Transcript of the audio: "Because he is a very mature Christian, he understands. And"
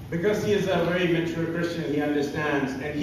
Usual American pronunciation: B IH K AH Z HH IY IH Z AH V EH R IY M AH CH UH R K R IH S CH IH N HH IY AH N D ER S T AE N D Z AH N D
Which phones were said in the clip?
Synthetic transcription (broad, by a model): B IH K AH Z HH IY IH Z AH V EH R IY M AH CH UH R K R IH S CH IH N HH IY AH N D ER S T AE N D Z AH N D